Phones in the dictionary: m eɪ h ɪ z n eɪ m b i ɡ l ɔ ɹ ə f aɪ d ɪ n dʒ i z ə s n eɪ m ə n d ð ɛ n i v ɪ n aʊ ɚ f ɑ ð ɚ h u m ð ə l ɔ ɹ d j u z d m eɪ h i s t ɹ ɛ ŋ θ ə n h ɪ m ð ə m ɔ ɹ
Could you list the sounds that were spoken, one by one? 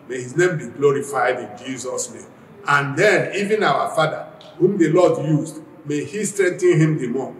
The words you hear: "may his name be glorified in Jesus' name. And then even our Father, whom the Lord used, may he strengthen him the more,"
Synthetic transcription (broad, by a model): m eɪ h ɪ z n eɪ m b i ɡ l ɔ ɹ ə f aɪ d ɪ n dʒ i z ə s n eɪ m ə n d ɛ n i v ɪ n aʊ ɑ f ɑ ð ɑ h u m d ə l ɔ d j u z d m eɪ h i s t ɹ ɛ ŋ t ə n h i m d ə m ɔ